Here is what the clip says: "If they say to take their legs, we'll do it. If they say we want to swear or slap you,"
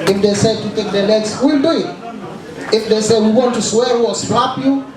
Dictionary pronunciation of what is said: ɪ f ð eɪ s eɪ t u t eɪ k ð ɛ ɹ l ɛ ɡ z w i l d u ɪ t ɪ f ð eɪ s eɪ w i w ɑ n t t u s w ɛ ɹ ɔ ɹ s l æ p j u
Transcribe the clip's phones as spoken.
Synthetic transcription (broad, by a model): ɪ f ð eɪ s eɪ t u t eɪ k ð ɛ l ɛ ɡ s w i l d u ɪ t ɪ f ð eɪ s eɪ w i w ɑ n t t u s w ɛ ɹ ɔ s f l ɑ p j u